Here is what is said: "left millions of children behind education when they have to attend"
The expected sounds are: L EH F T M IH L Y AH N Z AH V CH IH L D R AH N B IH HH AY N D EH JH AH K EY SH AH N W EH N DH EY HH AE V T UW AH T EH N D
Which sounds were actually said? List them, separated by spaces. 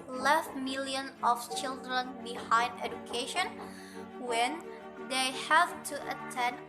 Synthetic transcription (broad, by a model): L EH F M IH L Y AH N AH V CH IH L D R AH N B IH HH AY N D EH JH AH K EY SH AH N W EH N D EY HH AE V T UW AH T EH N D